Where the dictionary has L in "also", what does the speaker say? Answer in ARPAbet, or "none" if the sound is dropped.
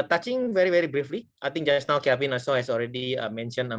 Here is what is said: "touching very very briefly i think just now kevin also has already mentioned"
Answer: none